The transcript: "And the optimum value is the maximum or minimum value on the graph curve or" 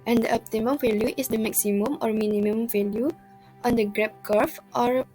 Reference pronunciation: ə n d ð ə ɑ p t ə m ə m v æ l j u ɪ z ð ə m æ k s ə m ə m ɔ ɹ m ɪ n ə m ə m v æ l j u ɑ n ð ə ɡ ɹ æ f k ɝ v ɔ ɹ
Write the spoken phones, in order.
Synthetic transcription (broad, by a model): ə n d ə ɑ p t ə m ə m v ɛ l j u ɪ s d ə m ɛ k s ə m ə m ɔ ɹ m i n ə m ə m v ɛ l j u ɑ n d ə ɡ ɹ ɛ p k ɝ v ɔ ɹ